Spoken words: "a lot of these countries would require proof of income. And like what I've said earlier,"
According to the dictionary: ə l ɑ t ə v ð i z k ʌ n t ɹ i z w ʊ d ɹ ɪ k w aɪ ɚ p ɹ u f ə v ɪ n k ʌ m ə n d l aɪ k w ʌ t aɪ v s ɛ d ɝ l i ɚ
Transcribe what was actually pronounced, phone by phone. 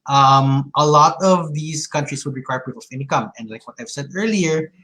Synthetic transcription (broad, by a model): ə l ɑ t ə v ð i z k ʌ n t ɹ i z w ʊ d ɹ ɪ k w aɪ ɚ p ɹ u p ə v ɪ n k ʌ m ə n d l aɪ k w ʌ t aɪ v s ɛ d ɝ l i ɚ